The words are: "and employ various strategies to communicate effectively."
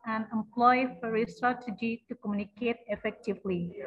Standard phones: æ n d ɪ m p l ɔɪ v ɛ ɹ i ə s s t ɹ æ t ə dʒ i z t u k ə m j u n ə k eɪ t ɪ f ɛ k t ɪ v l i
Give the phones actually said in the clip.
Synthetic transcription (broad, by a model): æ n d ɪ m p l ɔɪ f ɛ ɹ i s s t ɹ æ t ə dʒ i t u k ə m j u n ə k eɪ t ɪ f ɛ k t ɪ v l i